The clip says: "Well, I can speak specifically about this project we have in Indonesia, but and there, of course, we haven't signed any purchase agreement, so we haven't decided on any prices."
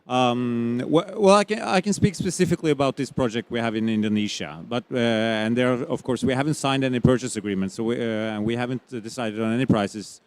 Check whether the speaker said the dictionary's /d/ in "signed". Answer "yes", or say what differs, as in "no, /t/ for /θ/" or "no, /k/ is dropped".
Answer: yes